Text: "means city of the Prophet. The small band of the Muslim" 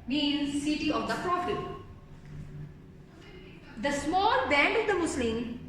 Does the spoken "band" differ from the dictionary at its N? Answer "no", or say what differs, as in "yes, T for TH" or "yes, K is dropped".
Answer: no